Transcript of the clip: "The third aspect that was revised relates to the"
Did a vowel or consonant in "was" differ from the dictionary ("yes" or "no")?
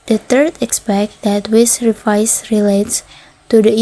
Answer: yes